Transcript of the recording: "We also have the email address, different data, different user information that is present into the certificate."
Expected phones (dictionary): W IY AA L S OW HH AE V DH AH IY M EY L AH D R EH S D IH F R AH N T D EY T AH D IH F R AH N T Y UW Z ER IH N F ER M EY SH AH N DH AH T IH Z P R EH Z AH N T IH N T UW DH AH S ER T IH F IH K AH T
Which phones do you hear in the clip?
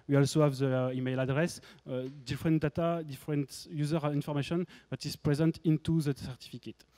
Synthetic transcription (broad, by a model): W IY AA L S OW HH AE V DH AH IY M EY L AH D R EH S D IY F R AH N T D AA T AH D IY F R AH N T Y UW Z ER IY N F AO M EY SH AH N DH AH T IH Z P R EH Z AH N T IH N T UW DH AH S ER T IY F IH K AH T